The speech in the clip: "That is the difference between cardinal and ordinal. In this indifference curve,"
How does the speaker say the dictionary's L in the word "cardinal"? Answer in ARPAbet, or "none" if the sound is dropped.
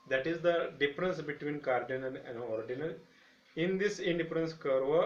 N